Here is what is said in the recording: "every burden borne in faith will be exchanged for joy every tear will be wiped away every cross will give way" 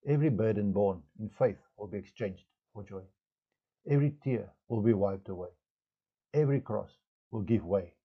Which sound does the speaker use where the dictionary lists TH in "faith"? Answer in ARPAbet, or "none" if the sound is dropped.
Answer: TH